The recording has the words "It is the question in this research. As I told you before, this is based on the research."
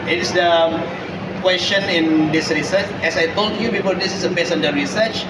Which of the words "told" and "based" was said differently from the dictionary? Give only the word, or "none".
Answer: based